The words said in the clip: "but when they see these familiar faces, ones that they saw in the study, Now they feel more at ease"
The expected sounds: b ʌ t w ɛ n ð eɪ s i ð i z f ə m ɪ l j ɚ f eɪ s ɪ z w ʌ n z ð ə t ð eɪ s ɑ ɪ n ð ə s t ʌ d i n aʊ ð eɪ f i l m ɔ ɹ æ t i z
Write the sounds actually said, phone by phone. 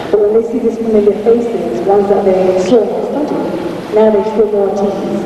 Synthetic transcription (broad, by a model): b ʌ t w ɛ n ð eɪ s i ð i s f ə m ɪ l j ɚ f eɪ s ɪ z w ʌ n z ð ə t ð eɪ s ɑ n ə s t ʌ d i n aʊ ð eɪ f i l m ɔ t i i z